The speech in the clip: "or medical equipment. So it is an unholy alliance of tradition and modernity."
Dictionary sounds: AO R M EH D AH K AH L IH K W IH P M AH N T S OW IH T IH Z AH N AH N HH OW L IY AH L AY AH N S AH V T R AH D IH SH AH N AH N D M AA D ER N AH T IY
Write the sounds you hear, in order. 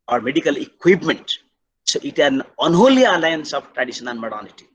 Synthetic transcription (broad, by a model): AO R M EH D AH K AH L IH K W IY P M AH N T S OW IH T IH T AH N AH N HH OW L IY AH L AY AH N S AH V T R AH D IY S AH N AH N M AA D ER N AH T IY